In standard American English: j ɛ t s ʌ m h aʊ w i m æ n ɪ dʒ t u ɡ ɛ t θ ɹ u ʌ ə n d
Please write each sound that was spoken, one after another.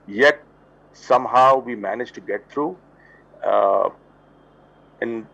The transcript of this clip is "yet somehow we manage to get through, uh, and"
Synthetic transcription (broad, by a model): j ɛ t s ʌ m h aʊ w i m æ n ɪ dʒ t u ɡ ɛ t t ɹ u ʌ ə n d